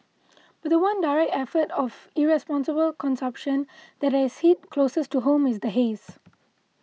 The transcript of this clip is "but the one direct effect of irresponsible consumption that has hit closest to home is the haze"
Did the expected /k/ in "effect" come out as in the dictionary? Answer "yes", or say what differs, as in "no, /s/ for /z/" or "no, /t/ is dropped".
no, /k/ is dropped